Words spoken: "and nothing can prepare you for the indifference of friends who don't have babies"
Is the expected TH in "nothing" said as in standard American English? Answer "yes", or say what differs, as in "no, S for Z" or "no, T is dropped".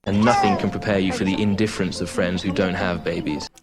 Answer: yes